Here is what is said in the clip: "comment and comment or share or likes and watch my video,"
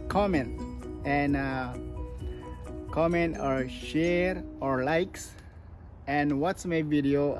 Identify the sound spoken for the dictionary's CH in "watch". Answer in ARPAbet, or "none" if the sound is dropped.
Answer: S